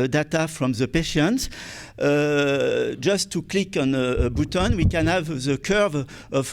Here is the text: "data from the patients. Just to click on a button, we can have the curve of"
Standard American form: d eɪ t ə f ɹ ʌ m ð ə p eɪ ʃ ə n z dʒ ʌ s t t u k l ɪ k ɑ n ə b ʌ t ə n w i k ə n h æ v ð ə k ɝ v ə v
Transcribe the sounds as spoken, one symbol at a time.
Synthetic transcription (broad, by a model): d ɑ t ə f ɹ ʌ m ð ə p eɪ ʃ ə n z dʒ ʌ s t t u k l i k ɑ n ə b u t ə n w i k ə n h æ v ð ə k ɝ v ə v